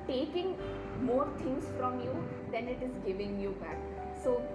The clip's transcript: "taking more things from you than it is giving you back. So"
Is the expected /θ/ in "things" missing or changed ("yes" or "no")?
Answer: yes